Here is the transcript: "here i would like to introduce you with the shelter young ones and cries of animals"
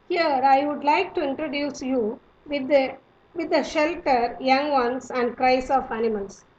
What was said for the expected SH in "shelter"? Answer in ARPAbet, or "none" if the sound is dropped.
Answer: SH